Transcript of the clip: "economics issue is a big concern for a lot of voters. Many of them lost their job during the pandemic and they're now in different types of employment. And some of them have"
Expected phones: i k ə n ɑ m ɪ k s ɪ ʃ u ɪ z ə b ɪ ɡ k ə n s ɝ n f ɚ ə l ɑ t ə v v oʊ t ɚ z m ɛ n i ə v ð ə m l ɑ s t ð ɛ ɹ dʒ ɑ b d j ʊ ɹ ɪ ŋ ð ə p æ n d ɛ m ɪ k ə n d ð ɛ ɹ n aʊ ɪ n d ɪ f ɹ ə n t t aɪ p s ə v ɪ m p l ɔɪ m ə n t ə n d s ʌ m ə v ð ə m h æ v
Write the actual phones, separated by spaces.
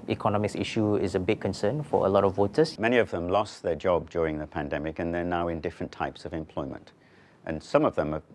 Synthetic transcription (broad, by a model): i k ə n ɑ m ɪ k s ɪ ʃ u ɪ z ə b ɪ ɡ k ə n s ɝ n f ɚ ə l ɑ t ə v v oʊ t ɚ s m ɛ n i ə v ð ə m l ɑ s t ð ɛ ɹ dʒ ɑ b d j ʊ ɹ ɪ ŋ ð ə p æ n d ɛ m ɪ k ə n ð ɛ ɹ n aʊ ɪ n d ɪ f ɹ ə n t t aɪ p s ə v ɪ m p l ɔɪ m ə n t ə n s ʌ m ə v ð ə m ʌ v